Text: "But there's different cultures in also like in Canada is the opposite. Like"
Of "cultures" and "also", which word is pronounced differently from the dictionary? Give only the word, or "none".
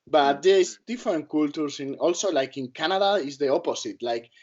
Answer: cultures